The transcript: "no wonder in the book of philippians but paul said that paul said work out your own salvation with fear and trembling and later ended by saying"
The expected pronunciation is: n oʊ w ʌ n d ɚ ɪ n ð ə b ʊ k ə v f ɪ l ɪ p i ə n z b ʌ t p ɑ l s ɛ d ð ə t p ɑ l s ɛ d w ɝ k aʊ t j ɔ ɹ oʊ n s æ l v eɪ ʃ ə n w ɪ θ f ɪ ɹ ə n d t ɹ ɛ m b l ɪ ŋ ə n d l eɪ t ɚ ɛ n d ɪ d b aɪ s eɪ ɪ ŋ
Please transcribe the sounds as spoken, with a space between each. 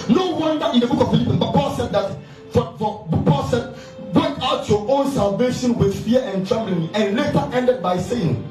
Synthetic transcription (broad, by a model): n oʊ w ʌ n d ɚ ɪ n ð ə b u k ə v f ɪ l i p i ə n s b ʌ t p ɑ l s ɛ d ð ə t p ɑ l s ɛ d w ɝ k aʊ t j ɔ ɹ oʊ n s æ l v eɪ ʃ ə n w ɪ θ f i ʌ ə n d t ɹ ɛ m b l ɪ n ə n l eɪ t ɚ ɛ n d ɪ d b aɪ s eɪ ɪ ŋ